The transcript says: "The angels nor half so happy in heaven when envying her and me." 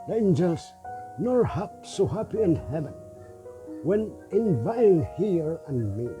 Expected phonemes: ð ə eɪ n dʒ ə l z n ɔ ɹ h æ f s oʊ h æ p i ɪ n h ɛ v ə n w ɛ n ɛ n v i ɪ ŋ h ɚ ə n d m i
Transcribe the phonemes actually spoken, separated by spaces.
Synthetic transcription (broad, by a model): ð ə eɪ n dʒ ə l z n ɔ ɹ h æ p s oʊ h æ p i ɪ n h ɛ v ə n w ɛ n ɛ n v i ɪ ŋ h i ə n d m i